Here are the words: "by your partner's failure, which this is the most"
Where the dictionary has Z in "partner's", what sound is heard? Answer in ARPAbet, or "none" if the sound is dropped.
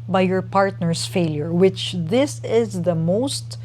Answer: S